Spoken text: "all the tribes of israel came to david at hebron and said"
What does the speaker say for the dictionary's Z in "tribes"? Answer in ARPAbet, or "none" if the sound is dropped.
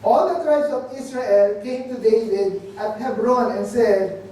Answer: S